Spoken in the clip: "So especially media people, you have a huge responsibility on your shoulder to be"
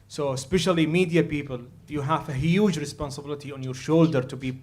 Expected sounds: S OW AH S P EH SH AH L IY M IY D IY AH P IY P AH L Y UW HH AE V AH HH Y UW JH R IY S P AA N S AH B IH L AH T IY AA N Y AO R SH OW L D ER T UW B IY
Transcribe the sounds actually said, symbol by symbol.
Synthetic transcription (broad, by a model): S OW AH S P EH SH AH L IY M IY D IY AH P IY P AH L Y UW HH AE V AH HH Y UW JH R IY S P AA N S AH B IH L AH T IY AA N Y AO R SH OW L D ER T UW B IY